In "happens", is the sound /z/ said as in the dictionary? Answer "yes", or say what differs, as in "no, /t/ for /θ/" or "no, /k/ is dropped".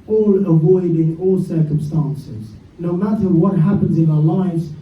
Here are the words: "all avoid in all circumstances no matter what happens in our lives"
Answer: yes